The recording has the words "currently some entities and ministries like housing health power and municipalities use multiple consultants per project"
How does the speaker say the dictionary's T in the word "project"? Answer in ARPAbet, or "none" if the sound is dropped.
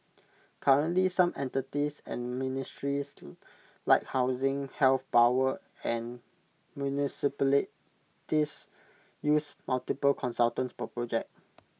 none